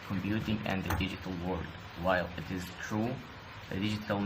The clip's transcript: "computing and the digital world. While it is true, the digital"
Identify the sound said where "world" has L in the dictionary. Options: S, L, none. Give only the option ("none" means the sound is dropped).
none